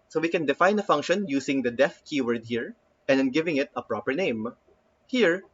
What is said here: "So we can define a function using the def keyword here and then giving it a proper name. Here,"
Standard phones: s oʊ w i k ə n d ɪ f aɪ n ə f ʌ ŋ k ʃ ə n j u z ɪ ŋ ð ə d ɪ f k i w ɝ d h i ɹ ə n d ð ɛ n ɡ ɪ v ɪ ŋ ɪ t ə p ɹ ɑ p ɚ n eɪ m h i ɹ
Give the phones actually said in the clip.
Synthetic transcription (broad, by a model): s oʊ w i k ə n d ɪ f aɪ n ə f ʌ ŋ k ʃ ə n j u s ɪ ŋ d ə d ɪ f k i w ɝ d h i ɹ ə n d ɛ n ɡ ɪ v ɪ ŋ ɪ t ə p ɹ ɑ p ɚ n eɪ m h i ɹ